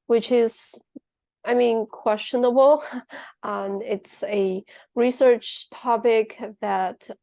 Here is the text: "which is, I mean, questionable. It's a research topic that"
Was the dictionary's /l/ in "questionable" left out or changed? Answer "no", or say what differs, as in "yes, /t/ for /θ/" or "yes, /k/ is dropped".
yes, /n/ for /l/